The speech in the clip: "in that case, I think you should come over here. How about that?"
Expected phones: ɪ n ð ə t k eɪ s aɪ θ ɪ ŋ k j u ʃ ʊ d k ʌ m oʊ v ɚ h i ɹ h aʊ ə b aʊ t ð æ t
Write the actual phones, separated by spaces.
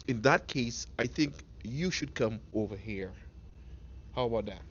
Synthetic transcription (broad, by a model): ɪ n ð ə t k eɪ s aɪ θ ɪ ŋ k j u ʃ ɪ d k ʌ m oʊ v ɚ h i ɹ h aʊ ə b aʊ t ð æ t